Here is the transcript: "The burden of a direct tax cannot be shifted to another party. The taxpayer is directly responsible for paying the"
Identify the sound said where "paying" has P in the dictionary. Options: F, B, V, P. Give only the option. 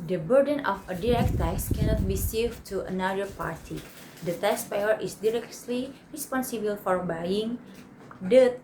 B